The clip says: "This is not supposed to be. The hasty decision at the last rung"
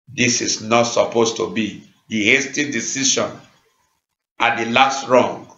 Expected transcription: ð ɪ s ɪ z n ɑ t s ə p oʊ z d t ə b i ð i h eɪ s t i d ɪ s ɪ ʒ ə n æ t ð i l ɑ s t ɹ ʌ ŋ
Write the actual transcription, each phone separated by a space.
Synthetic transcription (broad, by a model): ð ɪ s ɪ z n ɑ t s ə p oʊ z t ə b i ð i h eɪ s t i d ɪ s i ʃ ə n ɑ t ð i l ɑ s t ɹ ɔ ŋ